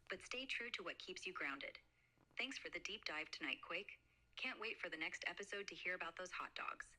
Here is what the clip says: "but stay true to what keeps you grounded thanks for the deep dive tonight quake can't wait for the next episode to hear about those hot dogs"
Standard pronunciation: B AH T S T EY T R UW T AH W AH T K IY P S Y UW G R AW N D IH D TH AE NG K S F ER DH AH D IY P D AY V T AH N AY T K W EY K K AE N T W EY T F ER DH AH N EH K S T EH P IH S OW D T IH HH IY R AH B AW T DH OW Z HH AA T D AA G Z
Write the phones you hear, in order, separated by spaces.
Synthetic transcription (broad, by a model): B AH T S T EY T R UW T AH W AH T K IY P S Y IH G R AW N D IH D TH AE NG K S F ER DH AH D IY P D AY V T AH N AY T K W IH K K AE N T W EY T F ER DH AH N EH K S T EH P IH S OW D T IH HH IY R AH B AW T DH OW Z HH AA T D AA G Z